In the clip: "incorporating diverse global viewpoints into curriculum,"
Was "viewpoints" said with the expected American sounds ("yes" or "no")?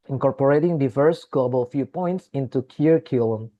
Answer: no